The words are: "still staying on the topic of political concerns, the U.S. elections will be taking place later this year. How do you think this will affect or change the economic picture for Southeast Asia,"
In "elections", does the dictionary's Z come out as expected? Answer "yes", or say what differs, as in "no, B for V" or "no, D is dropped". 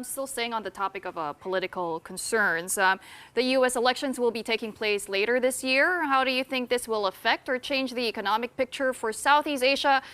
yes